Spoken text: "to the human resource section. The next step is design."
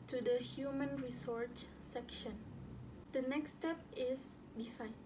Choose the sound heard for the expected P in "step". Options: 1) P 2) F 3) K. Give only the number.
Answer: 1